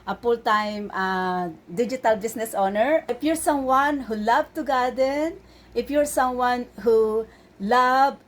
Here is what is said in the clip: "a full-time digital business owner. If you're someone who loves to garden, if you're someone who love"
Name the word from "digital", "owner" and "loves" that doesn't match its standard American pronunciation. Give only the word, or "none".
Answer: loves